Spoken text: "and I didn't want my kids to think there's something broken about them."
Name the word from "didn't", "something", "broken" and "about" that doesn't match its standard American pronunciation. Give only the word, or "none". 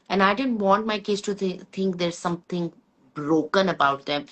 something